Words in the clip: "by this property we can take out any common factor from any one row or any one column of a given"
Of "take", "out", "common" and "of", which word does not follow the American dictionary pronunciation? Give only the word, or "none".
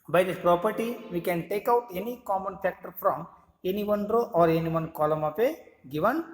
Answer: of